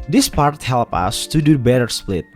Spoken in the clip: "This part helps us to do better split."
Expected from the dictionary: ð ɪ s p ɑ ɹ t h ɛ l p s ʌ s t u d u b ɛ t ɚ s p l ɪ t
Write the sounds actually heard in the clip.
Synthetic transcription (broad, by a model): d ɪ s p ɑ ɹ t h ɛ l p ʌ s t u d u b ɛ t ɚ s p l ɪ t